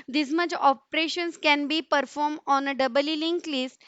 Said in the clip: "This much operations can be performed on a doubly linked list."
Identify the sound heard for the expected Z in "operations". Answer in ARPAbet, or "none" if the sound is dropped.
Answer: S